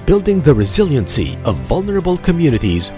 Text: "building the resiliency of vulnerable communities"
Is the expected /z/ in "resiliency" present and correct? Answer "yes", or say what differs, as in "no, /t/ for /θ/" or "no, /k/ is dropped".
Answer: yes